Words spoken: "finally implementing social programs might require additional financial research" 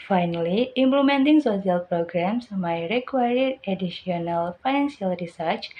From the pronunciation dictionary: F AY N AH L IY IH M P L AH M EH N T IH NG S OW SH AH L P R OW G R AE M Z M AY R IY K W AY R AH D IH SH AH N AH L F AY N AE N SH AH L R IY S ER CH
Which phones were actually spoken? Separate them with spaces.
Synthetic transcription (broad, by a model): F AY N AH L IY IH M P L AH M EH N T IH NG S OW S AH L P R OW G R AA M S M AY R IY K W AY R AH D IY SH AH N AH L F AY N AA N S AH L R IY S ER CH